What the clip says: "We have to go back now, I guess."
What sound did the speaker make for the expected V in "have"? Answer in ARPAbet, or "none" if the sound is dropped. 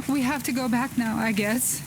F